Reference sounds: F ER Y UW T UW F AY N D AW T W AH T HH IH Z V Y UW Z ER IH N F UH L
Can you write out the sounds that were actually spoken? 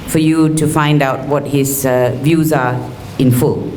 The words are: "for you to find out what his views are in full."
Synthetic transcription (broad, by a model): F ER Y UW T UW F AY N D AW T W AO T HH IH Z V Y UW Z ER IH N F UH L